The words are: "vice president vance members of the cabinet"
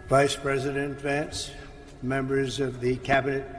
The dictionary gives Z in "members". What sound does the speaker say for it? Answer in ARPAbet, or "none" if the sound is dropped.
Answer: Z